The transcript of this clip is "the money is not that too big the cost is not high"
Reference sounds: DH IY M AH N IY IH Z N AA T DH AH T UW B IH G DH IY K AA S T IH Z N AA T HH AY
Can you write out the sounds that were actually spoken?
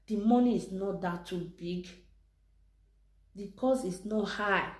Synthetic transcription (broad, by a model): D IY M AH N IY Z N AA T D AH T UW B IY G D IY K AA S IH S N AA T HH AY